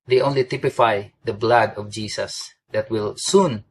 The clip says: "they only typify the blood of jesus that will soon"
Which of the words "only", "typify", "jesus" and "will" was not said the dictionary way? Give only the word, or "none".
jesus